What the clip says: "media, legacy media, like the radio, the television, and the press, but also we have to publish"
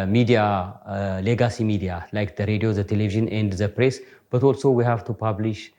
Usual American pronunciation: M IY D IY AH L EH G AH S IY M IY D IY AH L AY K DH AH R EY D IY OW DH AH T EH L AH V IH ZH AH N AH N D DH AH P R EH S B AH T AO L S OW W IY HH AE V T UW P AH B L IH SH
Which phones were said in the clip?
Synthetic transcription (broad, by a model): M IY D IY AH L EH G AH S IY M IY D IY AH L AY K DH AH R EY D IY OW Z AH T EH L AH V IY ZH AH N AH N D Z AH P R EH S B AH T AO L S OW W IY HH AE V T UW P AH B L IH SH